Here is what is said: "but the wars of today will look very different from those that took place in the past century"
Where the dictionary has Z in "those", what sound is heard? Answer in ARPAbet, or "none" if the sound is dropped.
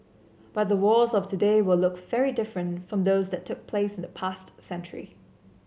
Z